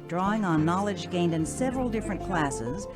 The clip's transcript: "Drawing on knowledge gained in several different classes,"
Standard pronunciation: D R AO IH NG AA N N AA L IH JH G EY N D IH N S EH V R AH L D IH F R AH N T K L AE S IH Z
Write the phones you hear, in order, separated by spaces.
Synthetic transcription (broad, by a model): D R AO IH NG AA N N AA L IH JH G EY N D IH N S EH V R AH L D IH F R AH N K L AE S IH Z